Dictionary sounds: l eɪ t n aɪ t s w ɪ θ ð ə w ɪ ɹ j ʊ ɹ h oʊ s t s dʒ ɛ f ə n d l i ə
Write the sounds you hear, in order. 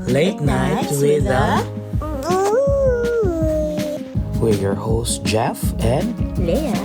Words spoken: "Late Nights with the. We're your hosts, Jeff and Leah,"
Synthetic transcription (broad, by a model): l eɪ t n aɪ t w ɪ ð ə w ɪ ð j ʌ ɹ h oʊ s s dʒ ɛ f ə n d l